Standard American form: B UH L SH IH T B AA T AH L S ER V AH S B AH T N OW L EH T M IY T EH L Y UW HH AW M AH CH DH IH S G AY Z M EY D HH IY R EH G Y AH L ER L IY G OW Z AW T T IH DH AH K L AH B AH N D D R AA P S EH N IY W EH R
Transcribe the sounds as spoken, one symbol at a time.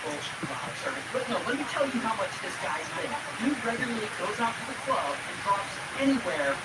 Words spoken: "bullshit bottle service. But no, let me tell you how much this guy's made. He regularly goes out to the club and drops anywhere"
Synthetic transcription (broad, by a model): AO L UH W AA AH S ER AH B AH T N OW L EH T M IY T EH L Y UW HH AW M AH CH DH IH S G AY Z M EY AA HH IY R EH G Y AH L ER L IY G OW Z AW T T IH DH AH K L AH B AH N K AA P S EH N IY W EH R